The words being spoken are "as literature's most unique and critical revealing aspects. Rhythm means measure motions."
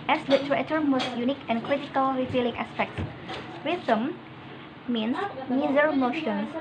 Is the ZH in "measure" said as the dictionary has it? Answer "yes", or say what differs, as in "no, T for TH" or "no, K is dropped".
no, Z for ZH